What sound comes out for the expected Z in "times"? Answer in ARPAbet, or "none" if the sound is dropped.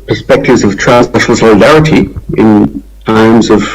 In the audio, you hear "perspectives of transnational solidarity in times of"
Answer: Z